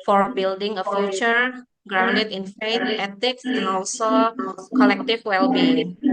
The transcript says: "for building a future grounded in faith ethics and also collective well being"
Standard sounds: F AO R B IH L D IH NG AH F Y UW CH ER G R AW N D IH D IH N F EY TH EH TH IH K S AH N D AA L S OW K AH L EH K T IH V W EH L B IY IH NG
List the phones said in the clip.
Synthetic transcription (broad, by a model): F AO R B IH L D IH NG AH F Y UW CH ER G R AW N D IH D IH N F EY T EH T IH K S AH N AA L S OW K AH L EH K T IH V W EH L B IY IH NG